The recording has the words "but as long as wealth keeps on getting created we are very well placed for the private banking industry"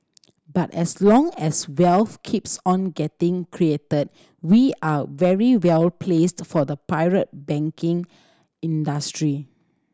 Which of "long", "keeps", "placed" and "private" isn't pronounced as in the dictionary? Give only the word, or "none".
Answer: private